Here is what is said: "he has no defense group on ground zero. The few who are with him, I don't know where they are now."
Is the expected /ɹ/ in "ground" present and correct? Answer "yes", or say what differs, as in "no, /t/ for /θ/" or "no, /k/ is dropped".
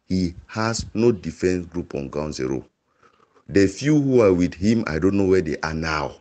no, /ɹ/ is dropped